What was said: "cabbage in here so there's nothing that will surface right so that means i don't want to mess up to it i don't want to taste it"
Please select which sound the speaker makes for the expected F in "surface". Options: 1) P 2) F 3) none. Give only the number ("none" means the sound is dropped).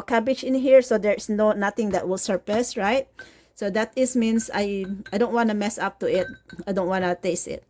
1